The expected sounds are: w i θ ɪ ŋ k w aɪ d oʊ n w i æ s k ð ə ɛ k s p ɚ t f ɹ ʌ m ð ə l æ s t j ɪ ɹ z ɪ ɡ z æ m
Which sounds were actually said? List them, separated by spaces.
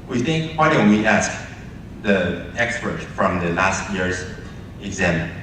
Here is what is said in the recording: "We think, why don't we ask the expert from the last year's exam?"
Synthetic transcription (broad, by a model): w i θ ɪ ŋ k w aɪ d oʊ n w i æ s k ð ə ɛ k s p ɚ t f ɹ ʌ m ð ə l æ s t j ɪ ɹ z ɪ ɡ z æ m